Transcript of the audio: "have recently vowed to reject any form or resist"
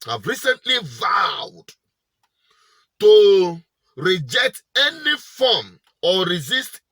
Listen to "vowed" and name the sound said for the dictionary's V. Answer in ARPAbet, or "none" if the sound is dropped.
V